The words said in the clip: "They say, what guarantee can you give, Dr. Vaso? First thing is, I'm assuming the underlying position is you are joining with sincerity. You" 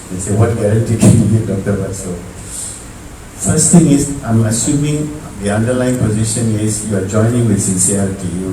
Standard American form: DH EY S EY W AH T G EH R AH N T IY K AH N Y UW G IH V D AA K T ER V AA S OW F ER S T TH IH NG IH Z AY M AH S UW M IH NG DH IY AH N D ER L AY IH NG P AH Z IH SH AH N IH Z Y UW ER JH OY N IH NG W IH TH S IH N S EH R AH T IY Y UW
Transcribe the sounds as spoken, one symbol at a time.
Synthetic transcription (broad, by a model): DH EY S EY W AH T G EH R AH N T IY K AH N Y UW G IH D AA K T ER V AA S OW F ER S T T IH NG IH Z AY M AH S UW M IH NG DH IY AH N D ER L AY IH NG P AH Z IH SH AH N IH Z Y UW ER JH OY N IH NG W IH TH S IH N S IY AH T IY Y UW